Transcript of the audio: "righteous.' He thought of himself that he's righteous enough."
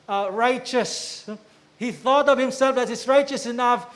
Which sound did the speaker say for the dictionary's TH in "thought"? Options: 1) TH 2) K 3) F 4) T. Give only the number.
1